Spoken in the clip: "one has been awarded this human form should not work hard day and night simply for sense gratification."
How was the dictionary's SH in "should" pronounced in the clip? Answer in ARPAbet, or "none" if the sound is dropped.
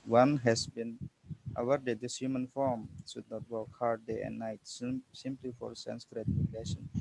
S